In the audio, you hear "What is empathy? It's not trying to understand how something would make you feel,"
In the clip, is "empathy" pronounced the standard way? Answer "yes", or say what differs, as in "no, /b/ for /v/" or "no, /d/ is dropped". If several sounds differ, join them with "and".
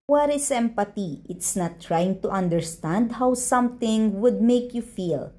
no, /t/ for /θ/